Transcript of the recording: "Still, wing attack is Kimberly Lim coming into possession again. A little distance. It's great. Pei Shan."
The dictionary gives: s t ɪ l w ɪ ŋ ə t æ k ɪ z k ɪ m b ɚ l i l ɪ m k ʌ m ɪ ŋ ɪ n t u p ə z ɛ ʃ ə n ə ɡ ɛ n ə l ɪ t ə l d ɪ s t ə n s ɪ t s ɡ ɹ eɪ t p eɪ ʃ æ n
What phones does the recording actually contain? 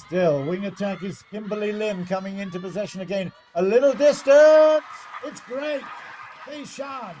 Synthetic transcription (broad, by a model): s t ɪ l w ɪ ŋ ə t æ k ɪ z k ɪ m b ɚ l i l ɪ m k ʌ m ɪ ŋ ɪ n t u p ə z ɛ ʃ ə n ə ɡ ɛ n ə l ɪ t l d ɪ s t ə n s ɪ t s ɡ ɹ eɪ t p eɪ ʃ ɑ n